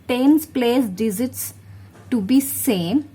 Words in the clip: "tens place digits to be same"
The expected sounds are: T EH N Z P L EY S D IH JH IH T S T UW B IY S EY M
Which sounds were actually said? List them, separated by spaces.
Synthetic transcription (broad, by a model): T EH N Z P L EY S D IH Z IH T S T UW B IY S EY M